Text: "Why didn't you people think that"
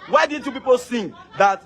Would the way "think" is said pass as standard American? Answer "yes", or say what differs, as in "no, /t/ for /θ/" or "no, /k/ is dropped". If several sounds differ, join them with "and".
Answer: no, /s/ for /θ/